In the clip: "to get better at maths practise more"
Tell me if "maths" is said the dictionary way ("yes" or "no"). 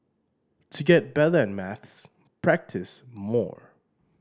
yes